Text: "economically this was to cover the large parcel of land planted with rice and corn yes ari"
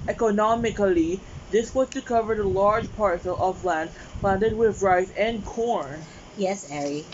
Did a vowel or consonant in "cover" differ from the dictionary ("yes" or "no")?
no